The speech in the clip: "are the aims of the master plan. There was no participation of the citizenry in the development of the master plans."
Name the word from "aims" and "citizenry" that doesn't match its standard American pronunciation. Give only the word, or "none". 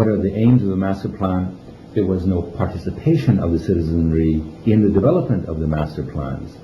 none